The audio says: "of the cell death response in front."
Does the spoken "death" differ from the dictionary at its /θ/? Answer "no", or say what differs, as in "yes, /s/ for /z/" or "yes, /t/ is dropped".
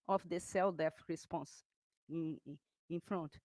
yes, /f/ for /θ/